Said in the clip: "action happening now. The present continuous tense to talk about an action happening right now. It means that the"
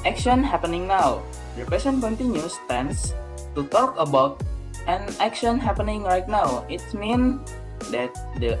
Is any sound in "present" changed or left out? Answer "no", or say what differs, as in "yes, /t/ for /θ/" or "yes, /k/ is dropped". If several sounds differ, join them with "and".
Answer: yes, /ɹ/ is dropped and /s/ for /z/